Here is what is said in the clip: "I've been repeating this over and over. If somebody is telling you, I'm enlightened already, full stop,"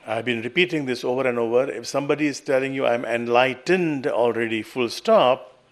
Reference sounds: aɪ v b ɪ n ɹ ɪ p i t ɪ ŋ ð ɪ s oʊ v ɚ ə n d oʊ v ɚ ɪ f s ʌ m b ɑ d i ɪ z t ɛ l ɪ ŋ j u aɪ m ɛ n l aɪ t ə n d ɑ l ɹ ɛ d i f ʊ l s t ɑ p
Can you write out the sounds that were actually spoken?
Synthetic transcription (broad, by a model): aɪ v b ɪ n ɹ ɪ p i t ɪ ŋ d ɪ s oʊ v ɚ ə n d oʊ v ɚ ɪ f s ʌ m b ɑ d i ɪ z t ɛ l ɪ ŋ j u aɪ m ɛ n l aɪ t ə n d ɑ l ɹ ɛ d i f ʊ l s t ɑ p